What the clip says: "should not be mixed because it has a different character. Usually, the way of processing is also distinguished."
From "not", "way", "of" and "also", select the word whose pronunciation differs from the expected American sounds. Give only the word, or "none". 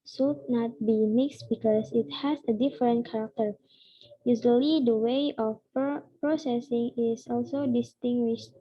of